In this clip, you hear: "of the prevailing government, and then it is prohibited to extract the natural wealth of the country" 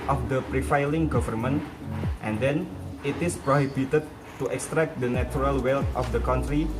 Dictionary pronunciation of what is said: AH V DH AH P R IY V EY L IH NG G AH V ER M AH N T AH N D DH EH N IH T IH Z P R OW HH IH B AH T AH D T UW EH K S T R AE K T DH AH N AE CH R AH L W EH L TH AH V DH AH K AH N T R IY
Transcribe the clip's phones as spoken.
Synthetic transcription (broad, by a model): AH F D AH P R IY F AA L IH NG G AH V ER M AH N T AH N D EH N IH T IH S P R OW HH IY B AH T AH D T UW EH K S T R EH K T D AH N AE CH R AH L W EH L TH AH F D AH K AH N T R IY